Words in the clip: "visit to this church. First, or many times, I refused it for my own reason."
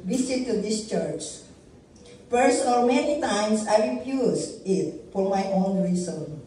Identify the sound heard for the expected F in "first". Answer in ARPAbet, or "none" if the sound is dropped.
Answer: P